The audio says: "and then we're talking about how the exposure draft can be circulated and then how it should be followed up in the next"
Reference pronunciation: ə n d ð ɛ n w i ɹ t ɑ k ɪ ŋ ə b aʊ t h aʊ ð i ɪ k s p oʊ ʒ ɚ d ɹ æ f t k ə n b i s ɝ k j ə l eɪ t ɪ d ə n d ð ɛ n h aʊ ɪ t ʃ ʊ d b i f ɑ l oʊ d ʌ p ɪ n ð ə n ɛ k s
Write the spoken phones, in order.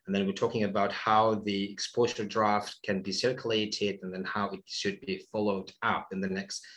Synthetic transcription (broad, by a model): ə n ð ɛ n w i ɹ t ɑ k ɪ ŋ ə b aʊ t h aʊ ð i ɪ k s p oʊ z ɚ d ɹ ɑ f t k ə n b i s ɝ k j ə l eɪ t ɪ d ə n ð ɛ n h aʊ ɪ t ʃ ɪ d b i f ɑ l oʊ d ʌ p ɪ n ð ə n ɛ k s